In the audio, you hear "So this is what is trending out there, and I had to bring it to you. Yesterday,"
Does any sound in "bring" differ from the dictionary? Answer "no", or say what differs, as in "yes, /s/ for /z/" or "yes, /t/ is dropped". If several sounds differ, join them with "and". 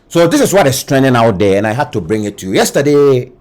no